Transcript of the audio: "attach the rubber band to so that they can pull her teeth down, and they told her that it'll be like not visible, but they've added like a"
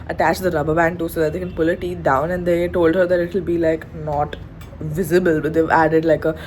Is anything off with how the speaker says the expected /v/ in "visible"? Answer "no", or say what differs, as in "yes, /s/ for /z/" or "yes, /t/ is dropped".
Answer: no